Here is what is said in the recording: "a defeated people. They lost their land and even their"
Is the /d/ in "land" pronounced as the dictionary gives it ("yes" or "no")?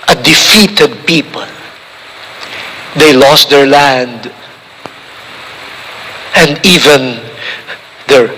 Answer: yes